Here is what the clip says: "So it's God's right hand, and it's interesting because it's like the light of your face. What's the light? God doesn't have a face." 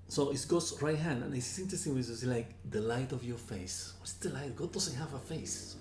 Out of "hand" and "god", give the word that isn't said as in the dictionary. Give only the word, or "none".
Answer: none